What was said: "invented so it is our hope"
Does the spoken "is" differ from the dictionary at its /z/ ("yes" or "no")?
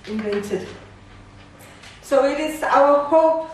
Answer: yes